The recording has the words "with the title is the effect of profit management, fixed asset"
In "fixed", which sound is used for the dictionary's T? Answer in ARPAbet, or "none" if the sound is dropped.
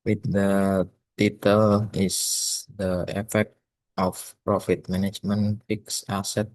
none